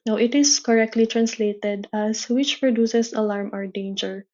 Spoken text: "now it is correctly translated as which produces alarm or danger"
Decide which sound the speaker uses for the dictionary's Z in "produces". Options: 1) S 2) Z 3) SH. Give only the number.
1